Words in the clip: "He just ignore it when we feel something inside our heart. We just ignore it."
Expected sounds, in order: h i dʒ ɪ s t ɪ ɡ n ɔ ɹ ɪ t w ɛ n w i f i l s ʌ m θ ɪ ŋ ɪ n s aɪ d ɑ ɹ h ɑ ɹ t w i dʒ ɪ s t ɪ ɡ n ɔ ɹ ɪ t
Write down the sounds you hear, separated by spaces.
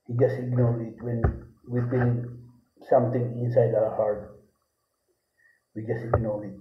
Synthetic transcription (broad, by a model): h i dʒ ɪ s t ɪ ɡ n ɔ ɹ ɪ t w ɛ n w i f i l s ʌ m t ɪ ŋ ɪ n s aɪ d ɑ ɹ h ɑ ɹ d w i dʒ ɪ s t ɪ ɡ n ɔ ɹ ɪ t